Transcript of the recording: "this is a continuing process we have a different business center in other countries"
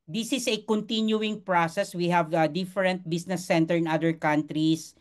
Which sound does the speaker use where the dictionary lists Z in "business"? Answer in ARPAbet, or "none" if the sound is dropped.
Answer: S